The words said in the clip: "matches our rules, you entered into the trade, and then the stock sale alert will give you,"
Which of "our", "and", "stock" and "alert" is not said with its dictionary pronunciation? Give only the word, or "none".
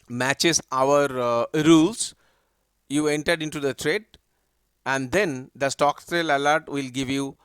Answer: none